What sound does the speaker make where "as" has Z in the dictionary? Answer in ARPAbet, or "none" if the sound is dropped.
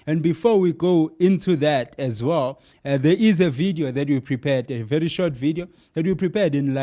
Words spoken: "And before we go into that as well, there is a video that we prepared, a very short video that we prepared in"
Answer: Z